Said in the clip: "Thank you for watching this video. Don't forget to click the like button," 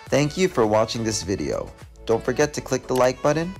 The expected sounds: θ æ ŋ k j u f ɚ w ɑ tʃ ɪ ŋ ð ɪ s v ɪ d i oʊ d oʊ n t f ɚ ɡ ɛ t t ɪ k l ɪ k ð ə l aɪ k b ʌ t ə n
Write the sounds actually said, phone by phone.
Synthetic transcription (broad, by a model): θ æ ŋ k j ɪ f ɚ w ɑ tʃ ɪ ŋ ð ɪ s v ɪ d i oʊ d oʊ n t f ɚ ɡ ɛ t t ɪ k l ɪ k ð ə l aɪ k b ʌ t n